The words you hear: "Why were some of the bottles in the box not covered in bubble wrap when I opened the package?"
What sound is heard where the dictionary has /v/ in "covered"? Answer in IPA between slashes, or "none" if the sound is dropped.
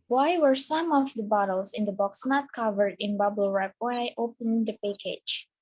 /v/